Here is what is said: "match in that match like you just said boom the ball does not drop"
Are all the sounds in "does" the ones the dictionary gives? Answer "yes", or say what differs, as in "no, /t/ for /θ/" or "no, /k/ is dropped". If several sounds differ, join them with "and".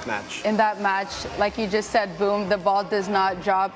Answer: yes